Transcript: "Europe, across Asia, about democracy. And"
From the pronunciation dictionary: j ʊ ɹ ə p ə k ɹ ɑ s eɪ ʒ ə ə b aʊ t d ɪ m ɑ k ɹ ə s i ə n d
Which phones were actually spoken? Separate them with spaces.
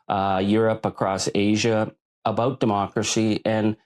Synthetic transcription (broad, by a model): j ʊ ɹ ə p ə k ɹ ɑ s eɪ ʒ ə ə b aʊ t d ɪ m ɑ k ɹ ə s i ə n